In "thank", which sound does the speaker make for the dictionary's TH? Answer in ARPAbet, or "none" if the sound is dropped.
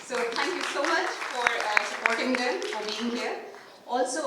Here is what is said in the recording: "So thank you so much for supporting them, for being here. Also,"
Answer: T